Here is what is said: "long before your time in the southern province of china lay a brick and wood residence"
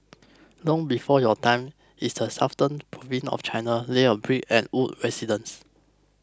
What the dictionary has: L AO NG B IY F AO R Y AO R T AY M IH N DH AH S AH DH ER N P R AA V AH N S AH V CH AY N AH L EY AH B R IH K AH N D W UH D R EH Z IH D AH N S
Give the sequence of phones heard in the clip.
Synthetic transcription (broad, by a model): L AO NG B IY F AO Y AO T AY M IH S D AH S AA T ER N P R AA V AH N AH F CH AY N AH L EY AH B R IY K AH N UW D R EH S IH D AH N S